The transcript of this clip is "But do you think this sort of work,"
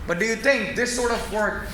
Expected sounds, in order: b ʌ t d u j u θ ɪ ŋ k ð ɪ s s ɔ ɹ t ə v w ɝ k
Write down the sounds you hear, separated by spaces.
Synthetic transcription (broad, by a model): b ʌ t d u j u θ ɪ ŋ k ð ɪ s s ɔ ɹ t ə v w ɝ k